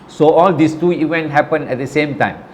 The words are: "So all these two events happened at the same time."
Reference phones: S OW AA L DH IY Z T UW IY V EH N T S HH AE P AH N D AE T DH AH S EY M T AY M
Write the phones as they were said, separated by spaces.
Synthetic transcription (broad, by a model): S OW AA L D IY S T UW IY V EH N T HH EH P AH N EH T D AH S EY M T AY M